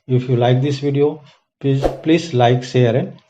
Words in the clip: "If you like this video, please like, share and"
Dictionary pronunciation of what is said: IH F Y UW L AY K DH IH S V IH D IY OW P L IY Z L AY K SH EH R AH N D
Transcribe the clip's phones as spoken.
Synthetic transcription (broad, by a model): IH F Y UW L AY K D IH S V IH D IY OW P L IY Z L AY K S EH R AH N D